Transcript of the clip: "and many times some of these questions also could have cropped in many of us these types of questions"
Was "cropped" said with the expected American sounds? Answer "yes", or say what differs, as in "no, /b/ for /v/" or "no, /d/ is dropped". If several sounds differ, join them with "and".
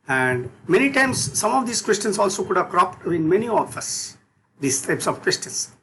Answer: yes